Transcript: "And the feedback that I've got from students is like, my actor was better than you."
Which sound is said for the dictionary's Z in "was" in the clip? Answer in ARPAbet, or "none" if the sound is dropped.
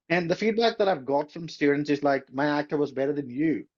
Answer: Z